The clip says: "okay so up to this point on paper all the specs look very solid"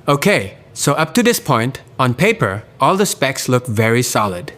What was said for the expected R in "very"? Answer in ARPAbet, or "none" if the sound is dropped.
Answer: R